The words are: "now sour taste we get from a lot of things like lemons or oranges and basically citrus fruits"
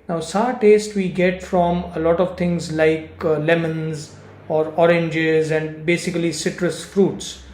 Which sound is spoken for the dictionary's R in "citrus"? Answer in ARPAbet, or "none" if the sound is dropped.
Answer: R